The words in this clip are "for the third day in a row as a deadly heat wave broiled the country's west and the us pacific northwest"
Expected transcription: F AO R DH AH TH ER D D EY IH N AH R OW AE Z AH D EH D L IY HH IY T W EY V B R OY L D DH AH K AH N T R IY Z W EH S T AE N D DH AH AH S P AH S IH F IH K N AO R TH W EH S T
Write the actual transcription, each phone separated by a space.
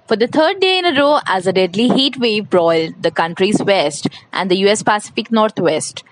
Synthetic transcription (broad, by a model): F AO R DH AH T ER D D EY IH N AH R OW AE Z AH D EH D L IY HH IY T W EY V B R OY L D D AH K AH N T R IY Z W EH S T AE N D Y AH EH S P AH S IH F IH K N AO R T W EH S T